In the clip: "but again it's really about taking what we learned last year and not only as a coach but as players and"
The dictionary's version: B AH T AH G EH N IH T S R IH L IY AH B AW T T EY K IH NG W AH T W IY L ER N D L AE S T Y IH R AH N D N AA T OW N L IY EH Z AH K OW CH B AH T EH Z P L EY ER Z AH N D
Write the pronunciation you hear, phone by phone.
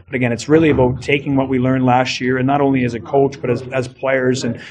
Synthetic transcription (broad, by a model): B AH T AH G EH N IH T S R IH L IY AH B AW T T EY K IH NG W AH T W IY L ER N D L AE S T Y IH R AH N N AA T OW N L IY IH Z AH K OW CH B AH T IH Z P L EY ER Z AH N